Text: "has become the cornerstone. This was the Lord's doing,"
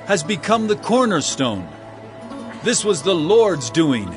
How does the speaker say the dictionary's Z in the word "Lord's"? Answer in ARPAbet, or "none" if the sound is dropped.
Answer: Z